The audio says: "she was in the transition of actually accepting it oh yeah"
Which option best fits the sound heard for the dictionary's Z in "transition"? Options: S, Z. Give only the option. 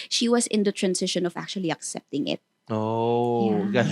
S